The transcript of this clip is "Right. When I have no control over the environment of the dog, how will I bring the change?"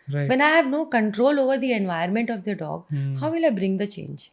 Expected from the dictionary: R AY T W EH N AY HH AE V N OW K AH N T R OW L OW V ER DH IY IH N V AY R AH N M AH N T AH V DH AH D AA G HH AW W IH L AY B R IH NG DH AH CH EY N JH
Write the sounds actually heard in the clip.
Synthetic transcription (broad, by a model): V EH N AY HH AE V N OW K AH N T R OW L OW V ER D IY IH N V AY AH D M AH N T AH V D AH D AA G HH AW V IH L AY B R IH NG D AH CH EY N JH